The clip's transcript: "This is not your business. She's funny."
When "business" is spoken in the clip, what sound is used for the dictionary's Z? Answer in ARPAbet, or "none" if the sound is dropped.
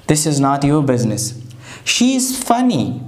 Z